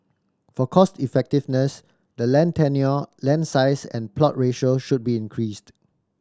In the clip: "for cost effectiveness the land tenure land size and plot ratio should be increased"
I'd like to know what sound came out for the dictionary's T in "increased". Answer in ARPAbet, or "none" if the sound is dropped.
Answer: T